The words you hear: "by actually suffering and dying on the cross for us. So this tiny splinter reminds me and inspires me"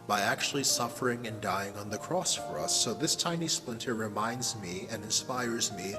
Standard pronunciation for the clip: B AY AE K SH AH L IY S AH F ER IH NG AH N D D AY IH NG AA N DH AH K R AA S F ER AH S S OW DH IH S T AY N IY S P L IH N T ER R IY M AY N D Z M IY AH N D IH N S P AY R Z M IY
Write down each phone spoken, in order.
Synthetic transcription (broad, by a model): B AY AE K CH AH L IY S AH F ER IH NG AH N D D AY IH NG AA N DH AH K R AA S F ER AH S S OW DH IH S T AY N IY S P L IH N T ER R IY M AY N D Z M IY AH N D IH N S P AY R Z M IY